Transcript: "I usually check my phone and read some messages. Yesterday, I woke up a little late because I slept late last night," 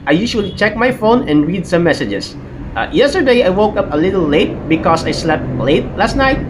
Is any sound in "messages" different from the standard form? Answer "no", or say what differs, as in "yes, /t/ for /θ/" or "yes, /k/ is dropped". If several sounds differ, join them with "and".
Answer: yes, /s/ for /z/